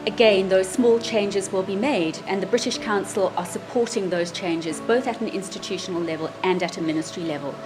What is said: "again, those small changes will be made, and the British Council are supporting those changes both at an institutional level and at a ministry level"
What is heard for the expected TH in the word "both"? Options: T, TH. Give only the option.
TH